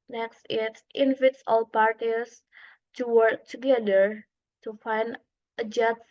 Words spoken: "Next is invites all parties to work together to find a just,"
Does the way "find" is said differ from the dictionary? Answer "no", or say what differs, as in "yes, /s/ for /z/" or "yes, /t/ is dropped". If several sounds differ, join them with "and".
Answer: no